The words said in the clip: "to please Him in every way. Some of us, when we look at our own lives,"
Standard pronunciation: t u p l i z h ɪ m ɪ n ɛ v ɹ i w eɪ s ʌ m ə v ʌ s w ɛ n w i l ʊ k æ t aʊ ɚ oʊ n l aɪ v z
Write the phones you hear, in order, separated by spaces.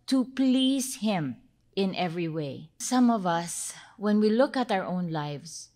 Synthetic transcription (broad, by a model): t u p l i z h ɪ m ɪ n ɛ v ɹ i w eɪ s ʌ m ə v ʌ s w ɛ n w i l ʊ k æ t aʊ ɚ oʊ n l aɪ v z